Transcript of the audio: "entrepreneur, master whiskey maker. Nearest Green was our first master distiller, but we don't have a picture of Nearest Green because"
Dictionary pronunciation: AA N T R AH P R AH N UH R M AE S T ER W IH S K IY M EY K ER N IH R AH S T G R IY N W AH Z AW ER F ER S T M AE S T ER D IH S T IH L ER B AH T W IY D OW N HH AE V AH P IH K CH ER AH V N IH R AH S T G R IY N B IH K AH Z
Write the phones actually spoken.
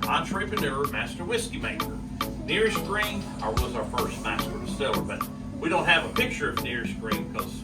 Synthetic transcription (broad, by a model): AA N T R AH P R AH N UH R M AE S T ER W IH S K IY M EY K ER N IH R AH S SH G R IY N W AH Z AW ER F ER S T M AE S T ER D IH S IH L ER B AH T W IY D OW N HH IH V AH P IH K CH ER AH V N IH R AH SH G R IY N K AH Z